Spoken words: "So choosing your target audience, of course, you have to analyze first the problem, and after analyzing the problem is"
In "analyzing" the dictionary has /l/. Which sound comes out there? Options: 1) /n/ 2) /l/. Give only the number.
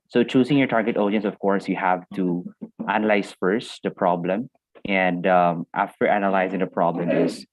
2